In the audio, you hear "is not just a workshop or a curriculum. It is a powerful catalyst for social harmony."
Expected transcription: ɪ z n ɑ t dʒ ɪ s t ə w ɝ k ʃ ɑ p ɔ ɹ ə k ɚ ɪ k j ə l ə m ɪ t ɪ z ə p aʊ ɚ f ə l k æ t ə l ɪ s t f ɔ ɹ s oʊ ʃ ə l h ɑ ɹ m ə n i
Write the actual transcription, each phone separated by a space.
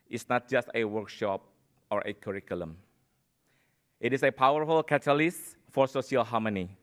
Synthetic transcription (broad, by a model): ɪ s n ɑ t dʒ ɪ s t ə w ɝ k ʃ ɑ p ɔ ɹ ə k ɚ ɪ k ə l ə m ɪ t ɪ s ə p aʊ ɚ f ə l k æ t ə l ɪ s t f ɔ ɹ s oʊ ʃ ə l h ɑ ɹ m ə n i